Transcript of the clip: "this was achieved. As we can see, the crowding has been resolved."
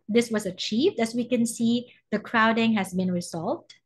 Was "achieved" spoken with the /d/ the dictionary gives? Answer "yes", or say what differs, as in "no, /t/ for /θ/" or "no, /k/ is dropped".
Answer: yes